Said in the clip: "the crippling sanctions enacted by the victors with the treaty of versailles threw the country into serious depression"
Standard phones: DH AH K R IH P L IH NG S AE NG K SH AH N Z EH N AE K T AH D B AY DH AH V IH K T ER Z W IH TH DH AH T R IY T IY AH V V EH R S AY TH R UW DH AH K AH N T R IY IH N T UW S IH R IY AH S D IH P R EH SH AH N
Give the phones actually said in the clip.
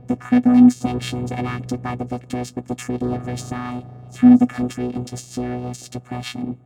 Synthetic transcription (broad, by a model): DH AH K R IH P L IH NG S AE NG K SH AH N Z EH N AE K T AH D B AY DH AH V IH K T ER Z W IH DH AH T R IY T IY AH V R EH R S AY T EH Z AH K AH N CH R IY IH N T UW S IH R IY AH S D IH P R EH SH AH N